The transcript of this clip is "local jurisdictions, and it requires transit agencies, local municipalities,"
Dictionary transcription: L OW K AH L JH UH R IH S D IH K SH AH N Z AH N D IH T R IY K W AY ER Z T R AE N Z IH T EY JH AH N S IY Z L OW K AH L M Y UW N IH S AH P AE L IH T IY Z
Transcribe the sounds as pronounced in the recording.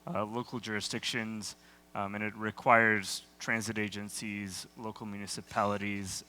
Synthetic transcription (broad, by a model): L OW K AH L JH UH R IH S D IH K SH AH N Z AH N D IH T R IY K W AY ER Z T R AE N Z IH T EY JH AH N S IY Z L OW K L M Y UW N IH S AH P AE L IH T IY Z